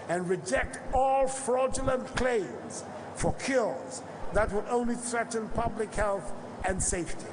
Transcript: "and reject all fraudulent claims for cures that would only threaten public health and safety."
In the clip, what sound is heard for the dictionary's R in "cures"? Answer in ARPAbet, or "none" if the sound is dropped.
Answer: L